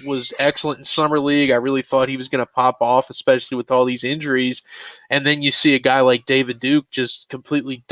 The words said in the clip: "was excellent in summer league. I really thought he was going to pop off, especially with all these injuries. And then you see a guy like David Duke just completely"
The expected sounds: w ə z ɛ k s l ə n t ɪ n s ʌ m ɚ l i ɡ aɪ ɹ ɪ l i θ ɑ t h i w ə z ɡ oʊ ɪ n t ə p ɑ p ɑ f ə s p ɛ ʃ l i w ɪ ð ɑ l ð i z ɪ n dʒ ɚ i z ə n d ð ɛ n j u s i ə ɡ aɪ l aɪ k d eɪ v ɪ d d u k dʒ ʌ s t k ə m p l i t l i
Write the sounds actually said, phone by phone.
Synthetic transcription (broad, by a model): w ə z ɛ k s l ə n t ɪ n s ʌ m ɚ l i ɡ aɪ ɹ ɪ l i θ ɑ t h i w ə z ɡ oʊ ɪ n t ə p ɑ p ɑ f ə s p ɛ ʃ l i w ɪ ð ɑ l ð i z ɪ n dʒ ɚ i z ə n ð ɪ n j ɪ s i ə ɡ aɪ l aɪ k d eɪ v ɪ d d u k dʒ ʌ s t k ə m p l i t l i